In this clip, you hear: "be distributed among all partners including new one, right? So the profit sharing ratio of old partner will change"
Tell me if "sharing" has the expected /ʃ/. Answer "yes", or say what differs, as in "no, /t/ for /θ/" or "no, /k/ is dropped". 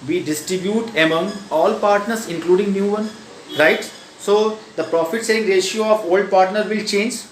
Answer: no, /s/ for /ʃ/